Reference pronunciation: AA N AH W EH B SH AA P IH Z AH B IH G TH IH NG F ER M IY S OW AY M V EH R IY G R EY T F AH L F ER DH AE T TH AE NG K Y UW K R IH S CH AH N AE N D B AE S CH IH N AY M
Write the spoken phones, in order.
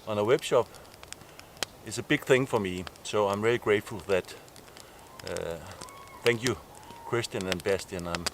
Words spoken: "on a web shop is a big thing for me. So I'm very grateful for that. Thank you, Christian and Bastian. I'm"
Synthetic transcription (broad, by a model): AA N AH W EH B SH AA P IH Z AH B IH G TH IH NG F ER M IY S OW AY M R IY L IY G R EY T F AH L DH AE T TH AE NG K Y UW K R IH S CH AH N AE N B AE S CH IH N AY M